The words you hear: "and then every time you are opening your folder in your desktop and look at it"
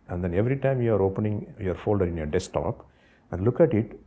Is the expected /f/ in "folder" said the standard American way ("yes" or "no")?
yes